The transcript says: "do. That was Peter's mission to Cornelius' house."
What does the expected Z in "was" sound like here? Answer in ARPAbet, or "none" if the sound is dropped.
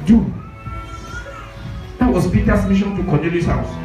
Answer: S